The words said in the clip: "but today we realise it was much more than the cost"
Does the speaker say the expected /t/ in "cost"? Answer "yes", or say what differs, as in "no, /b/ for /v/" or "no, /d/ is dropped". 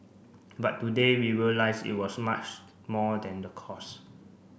no, /t/ is dropped